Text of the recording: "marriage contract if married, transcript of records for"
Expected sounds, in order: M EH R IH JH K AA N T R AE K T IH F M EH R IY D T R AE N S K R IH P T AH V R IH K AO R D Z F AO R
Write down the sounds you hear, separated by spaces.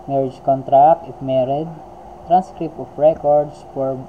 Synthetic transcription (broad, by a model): M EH R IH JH K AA N T R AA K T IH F M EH R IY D T R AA N S K R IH P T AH F R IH K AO R D S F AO R